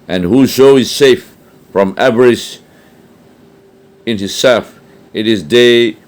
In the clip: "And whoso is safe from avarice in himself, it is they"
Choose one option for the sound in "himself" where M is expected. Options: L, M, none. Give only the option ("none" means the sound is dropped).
none